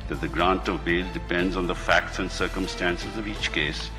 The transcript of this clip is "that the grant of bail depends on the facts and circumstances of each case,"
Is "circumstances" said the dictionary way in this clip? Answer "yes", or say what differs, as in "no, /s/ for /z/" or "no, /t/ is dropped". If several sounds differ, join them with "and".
yes